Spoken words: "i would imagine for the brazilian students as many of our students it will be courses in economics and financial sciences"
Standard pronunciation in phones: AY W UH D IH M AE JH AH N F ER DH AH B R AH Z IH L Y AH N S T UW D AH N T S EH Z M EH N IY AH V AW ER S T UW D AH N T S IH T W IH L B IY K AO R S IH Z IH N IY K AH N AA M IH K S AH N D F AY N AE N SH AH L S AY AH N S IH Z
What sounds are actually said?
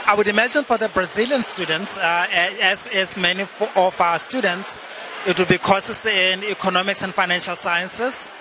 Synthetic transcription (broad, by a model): AY W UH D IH M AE JH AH N F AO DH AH B R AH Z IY L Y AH N S T UW D AH N T S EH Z M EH N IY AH F AW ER S T UW D AH N T S IH T W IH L B IY K AO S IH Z IH N IY K AH N AA M IH K S AH N D F AY N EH N SH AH L S AY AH N S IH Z